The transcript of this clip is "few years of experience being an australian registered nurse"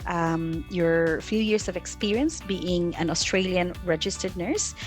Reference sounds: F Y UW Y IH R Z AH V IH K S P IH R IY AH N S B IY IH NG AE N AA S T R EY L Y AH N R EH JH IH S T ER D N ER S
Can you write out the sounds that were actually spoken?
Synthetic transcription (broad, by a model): F Y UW Y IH R S AH V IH K S P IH R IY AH N S B IY IH NG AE N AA S T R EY L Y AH N R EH JH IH S T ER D N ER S